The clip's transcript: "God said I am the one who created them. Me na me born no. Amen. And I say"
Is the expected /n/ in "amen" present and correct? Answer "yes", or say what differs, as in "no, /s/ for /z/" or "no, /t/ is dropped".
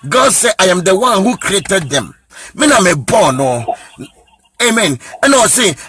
yes